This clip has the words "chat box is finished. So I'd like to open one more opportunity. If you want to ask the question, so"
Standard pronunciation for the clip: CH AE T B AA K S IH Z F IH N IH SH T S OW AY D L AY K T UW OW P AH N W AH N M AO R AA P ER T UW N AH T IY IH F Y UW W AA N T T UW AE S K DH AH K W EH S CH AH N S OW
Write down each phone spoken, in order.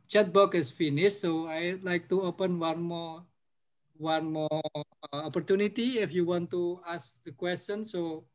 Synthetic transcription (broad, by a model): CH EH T B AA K IH S F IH N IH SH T S OW AY D L AY K T UW OW P AH N W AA N M AO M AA P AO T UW N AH T IY IH F Y UW W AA N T T UW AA S K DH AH K W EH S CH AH N S OW